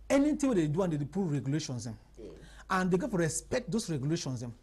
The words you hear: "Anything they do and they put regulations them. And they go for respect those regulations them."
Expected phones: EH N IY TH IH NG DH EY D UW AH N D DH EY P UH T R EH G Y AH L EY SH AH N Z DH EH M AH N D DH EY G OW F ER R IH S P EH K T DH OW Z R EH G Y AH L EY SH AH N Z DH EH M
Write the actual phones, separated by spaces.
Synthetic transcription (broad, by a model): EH N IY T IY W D EY D UW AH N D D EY P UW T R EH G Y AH L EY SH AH N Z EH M AH N D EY G OW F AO R IH S P EH K T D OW S R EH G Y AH L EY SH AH N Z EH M